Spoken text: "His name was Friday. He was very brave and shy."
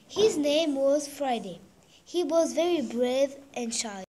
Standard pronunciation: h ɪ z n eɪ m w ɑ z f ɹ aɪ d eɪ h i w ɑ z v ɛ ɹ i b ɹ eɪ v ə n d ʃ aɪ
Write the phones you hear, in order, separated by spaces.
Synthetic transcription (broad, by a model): h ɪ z n eɪ m w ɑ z f ɹ aɪ d eɪ h i w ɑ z v ɛ ɹ i b ɹ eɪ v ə n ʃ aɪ